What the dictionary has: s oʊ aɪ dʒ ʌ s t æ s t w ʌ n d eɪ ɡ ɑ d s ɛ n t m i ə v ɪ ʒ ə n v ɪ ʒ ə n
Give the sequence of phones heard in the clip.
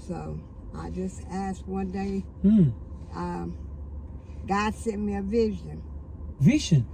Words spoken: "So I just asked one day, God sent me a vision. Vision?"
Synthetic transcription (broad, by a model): s oʊ aɪ dʒ ʌ s t æ s t w ʌ n d eɪ ɡ ɑ d s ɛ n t m i ə v ɪ ʒ ə n v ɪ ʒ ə n